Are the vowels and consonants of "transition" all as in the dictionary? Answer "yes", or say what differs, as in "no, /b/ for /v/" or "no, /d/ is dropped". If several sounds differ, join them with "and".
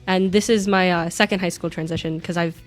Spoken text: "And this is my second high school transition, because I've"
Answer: yes